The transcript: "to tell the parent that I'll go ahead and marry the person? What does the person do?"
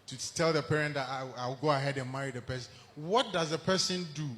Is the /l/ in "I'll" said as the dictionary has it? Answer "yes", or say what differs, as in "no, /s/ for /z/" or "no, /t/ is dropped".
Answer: no, /w/ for /l/